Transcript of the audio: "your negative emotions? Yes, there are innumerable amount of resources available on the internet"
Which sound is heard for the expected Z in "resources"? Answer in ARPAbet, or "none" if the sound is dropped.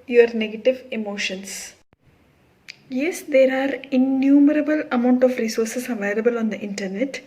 S